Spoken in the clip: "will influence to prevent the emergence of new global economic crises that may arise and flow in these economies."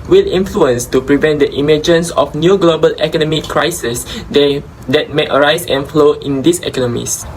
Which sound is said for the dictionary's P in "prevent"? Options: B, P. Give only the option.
P